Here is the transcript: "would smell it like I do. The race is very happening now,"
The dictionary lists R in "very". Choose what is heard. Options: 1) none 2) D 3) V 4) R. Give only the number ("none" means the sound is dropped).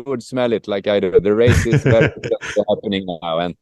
1